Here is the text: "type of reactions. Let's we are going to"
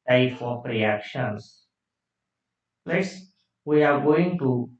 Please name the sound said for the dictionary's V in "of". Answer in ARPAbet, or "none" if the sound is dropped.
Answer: P